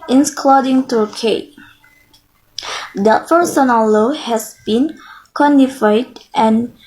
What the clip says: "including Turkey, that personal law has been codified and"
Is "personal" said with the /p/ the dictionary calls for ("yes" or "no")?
no